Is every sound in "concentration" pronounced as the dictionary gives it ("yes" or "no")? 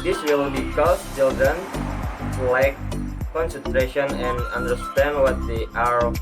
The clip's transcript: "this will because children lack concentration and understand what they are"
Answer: yes